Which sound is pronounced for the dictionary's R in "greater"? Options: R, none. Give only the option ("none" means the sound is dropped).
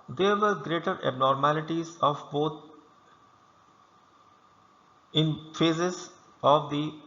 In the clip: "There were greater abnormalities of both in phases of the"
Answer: R